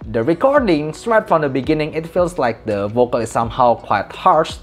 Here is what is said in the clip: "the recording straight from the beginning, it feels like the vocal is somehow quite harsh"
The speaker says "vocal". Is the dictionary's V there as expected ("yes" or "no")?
yes